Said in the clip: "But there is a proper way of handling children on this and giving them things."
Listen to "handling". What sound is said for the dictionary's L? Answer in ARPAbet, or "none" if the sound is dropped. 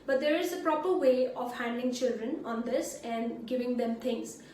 L